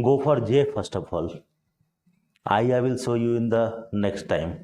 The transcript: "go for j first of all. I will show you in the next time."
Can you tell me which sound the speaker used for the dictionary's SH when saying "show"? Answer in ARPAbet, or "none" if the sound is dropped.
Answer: S